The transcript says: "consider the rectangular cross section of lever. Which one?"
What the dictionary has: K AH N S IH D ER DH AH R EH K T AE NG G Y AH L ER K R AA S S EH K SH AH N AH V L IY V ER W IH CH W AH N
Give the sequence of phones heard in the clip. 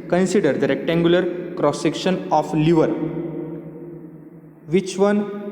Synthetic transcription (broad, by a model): K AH N S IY D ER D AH R EH K T AE NG G Y AH L ER K R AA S S EH K SH AH N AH F L IY V ER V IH CH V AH N